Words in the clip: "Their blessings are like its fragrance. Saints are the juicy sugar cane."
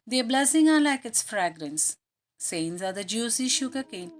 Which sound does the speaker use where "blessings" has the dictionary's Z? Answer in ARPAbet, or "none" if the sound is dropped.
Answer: none